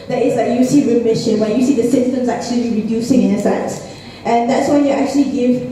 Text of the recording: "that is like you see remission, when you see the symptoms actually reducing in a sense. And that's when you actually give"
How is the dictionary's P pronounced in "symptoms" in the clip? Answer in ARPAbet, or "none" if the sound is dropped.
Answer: none